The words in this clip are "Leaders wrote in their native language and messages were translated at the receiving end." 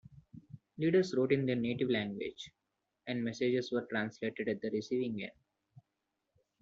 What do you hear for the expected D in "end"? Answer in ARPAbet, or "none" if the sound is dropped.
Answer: none